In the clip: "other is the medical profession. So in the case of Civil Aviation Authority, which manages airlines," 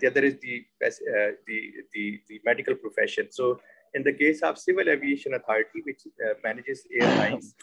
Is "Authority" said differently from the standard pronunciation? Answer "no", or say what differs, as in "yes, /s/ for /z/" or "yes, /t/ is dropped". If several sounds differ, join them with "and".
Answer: yes, /t/ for /θ/